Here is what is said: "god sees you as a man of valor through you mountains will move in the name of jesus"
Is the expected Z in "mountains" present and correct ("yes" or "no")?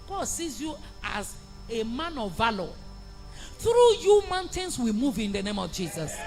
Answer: no